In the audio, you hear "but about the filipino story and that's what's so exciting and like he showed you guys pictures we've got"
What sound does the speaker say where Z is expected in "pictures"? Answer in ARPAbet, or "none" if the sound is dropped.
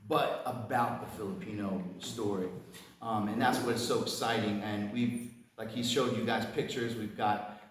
Z